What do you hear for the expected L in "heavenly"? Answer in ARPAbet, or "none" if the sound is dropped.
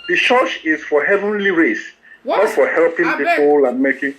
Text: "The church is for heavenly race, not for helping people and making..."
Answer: L